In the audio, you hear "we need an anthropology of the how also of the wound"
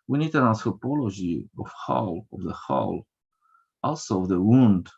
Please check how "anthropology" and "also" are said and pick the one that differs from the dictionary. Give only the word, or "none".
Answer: anthropology